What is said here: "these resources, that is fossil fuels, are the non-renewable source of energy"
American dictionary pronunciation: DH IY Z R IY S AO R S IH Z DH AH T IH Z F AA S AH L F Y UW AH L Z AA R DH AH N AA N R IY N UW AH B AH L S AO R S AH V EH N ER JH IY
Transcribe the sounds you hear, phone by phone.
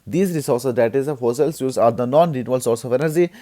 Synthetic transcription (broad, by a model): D IY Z R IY S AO R S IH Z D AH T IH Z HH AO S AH L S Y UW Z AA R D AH N AA N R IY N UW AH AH L S AO R S AH V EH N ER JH IY